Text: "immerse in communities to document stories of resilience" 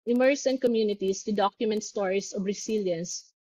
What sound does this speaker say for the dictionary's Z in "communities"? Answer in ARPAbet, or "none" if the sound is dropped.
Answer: S